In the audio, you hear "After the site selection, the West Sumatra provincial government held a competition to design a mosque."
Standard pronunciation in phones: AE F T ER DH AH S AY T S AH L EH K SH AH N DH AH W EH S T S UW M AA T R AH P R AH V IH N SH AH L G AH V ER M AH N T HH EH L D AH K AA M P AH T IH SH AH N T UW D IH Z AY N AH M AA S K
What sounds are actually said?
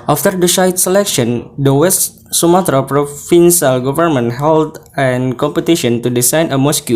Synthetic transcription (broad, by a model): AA F T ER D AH SH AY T S AH L EH K SH AH N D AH W EH S T S UW M AA T R AH P R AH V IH N S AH L G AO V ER M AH N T HH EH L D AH K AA M P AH T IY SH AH N T UW D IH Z AY N AH M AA S K